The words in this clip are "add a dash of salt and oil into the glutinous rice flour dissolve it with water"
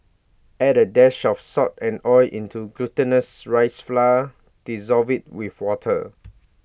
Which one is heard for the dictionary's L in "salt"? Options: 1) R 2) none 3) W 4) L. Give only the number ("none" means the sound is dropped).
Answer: 2